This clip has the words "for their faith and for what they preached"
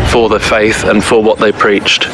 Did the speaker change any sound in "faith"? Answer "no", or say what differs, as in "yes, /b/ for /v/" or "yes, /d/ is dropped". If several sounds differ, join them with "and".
no